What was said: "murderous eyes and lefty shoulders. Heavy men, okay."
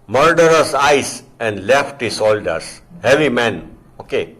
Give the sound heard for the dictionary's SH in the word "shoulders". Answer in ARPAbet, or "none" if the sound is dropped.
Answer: S